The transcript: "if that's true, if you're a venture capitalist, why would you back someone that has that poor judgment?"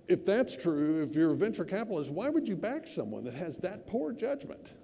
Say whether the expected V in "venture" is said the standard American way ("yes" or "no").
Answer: yes